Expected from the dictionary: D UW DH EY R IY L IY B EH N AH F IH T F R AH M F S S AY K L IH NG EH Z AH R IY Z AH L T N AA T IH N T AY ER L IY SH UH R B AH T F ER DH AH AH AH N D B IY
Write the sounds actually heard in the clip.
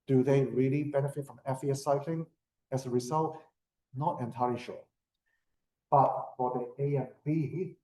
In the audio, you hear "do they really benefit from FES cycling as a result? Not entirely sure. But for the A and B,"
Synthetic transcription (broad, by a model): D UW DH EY R IY L IY B EH N AH F IH T F R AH M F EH S AY K L IH NG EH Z AH R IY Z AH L T N AA T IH N T AY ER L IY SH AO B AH T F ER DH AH AH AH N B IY